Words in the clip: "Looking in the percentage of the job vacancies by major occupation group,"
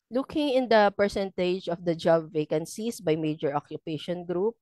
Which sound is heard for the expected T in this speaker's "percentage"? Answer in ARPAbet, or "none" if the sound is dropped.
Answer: T